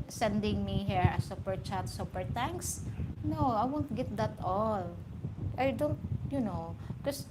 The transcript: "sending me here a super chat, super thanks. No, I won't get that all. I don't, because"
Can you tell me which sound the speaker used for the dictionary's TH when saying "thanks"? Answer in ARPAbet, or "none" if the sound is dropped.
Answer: T